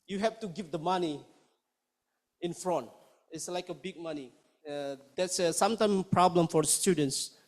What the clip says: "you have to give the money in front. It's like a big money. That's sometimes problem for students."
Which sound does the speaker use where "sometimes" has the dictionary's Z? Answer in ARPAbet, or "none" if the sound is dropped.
none